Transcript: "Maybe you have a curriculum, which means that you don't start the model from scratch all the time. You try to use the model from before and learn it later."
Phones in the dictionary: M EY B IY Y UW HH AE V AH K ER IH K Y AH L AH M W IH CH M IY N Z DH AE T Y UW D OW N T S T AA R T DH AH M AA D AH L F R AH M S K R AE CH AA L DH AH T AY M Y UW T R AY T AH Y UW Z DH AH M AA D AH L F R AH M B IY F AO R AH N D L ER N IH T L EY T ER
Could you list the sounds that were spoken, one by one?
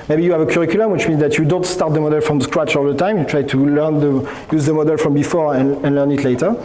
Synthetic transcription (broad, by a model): M EY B IY Y UW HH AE V AH K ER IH K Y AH L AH M W IH CH M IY N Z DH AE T Y UW D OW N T S T AA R T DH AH M AA D AH L F R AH M S K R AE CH AA L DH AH T AY M Y UW T R AY T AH Y UW Z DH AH M AA D AH L F R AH M B IY F AO R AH N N L ER N IH T L EY T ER